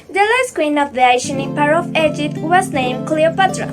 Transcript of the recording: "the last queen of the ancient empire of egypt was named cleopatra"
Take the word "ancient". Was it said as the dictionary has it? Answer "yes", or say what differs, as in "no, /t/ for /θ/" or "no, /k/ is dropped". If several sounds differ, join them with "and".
no, /t/ is dropped